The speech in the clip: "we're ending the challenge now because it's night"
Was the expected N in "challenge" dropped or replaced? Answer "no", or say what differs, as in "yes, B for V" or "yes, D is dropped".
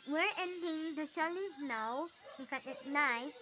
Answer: yes, N is dropped